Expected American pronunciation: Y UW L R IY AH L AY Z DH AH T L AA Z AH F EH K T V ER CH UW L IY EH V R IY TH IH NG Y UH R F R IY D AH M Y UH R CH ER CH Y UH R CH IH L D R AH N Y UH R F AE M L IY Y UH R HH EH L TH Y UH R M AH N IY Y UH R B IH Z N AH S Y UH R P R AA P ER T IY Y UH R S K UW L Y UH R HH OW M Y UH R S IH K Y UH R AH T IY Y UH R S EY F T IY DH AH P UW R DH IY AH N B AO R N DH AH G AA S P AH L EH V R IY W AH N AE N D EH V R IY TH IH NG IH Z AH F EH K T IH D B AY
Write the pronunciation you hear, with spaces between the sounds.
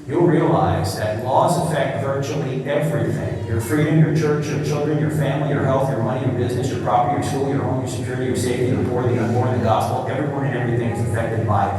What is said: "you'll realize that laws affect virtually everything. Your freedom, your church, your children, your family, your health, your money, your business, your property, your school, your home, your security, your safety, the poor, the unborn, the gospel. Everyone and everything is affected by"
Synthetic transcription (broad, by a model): Y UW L R IY AH L AY Z DH AH T L AA Z AH F EH K T V ER CH UW L IY EH V R IY TH IH NG Y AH R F R IY D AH M Y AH R CH ER CH Y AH R CH IH L D R AH N Y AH R F AE M L IY Y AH R HH EH L TH Y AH R M AH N IY Y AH R B IH Z N AH S Y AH R P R AA P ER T IY Y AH R S K UW L Y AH R HH OW M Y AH R S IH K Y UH R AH T IY Y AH R S EY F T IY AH B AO R DH IY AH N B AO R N DH AH G AA S P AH L EH V R IY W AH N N EH V R IY TH IH NG IH Z AH F EH K T IH D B AY